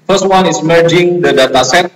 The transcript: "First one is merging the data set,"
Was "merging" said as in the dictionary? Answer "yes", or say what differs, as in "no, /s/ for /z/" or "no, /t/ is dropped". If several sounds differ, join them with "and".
yes